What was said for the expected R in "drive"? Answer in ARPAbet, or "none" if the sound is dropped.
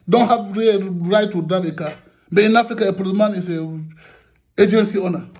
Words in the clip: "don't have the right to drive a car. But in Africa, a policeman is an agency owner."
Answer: none